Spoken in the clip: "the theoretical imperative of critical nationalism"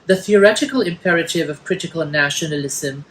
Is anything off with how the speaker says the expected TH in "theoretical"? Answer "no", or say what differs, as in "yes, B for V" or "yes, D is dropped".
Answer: no